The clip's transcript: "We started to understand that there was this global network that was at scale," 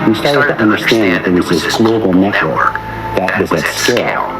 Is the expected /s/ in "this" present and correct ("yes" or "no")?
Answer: no